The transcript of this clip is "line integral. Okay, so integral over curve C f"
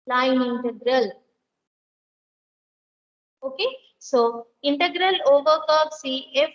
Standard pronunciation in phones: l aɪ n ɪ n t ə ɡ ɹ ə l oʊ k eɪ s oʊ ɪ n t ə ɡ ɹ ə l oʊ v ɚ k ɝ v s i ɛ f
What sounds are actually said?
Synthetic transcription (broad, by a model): l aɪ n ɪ n t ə ɡ ɹ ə l oʊ k eɪ s oʊ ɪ n t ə ɡ ɹ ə l oʊ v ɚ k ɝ p s i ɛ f